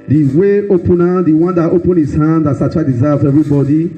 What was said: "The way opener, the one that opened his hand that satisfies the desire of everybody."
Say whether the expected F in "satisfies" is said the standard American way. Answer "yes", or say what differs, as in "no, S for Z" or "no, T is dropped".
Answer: no, F is dropped